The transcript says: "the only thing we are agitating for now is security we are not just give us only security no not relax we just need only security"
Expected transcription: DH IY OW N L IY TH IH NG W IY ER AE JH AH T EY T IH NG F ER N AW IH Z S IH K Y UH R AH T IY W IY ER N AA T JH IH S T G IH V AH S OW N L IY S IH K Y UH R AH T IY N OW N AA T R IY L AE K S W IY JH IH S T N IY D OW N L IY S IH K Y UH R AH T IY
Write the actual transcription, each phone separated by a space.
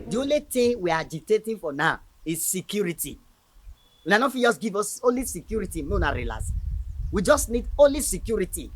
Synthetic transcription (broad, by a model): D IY OW N L IY T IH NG W IY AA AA JH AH T EY T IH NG F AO N AW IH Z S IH K Y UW R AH T IY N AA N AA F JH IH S G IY V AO S OW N L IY S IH K Y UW R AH T IY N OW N AA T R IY L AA S W IY JH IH S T N IY D OW N L IY S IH K Y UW R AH T IY